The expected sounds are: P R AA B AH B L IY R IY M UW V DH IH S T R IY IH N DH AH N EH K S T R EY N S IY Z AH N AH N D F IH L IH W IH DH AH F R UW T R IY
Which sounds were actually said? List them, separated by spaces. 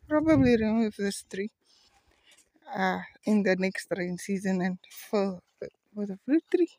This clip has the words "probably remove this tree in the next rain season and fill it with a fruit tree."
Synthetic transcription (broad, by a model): P R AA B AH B L IY R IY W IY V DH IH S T R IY IH N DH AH N EH K S T R EY N S IY Z AH N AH N F IH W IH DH AH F L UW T R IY